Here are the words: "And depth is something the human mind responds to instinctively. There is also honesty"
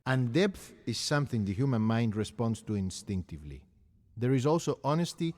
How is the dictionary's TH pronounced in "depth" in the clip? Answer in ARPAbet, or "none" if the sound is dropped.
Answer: TH